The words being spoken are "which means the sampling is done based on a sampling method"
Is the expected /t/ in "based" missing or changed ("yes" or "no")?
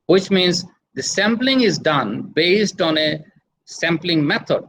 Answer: no